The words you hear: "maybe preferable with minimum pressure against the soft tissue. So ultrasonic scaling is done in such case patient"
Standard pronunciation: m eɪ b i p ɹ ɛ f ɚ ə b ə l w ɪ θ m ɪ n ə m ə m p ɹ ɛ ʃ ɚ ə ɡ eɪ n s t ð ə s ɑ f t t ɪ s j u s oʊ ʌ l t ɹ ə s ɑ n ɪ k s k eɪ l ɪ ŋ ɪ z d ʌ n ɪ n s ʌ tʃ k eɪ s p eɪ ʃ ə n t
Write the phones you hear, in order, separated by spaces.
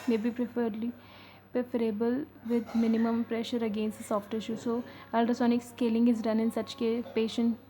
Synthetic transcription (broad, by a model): m eɪ b i p ɹ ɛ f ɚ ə b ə l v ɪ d m ɪ n ə m ə m p ɹ ɛ ʃ ɚ ə ɡ eɪ n s t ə s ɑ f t t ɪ ʃ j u s oʊ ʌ l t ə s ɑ n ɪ k s k eɪ l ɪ ŋ ɪ z d ʌ n ɪ n s ʌ tʃ k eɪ p eɪ ʃ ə n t